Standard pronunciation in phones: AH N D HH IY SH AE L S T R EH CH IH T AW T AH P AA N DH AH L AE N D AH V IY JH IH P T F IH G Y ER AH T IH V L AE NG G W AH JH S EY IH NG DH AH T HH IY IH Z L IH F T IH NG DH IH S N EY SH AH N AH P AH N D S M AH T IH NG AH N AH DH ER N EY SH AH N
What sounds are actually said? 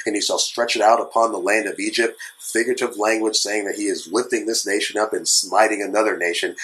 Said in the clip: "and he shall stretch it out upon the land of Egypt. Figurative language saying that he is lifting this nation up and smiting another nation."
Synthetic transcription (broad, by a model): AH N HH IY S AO S T R EH CH IH T AW T AH P AA N DH AH L AE N D AH V IY JH IH P T F IH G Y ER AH T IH V L AE NG G W AH JH S EY IH NG DH AH T HH IY IH Z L IH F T IH NG DH IH S N EY SH AH N AH P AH N S M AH T IH NG AH N AH DH ER N EY SH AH N